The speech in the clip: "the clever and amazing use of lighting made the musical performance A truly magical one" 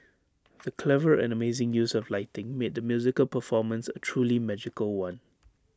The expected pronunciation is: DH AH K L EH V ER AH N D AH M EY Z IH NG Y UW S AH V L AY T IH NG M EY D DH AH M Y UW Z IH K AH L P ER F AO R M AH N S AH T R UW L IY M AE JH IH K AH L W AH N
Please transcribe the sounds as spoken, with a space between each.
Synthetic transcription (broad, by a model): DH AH K L EH V ER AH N AH M EY Z IH NG Y UW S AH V L AY T IH NG M EY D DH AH M Y UW Z IH K AH L P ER F AO M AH N S AH T R UW L IY M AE JH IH K AH L W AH N